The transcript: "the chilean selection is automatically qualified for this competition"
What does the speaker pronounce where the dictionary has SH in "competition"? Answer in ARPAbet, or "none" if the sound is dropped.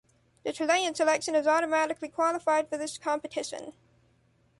SH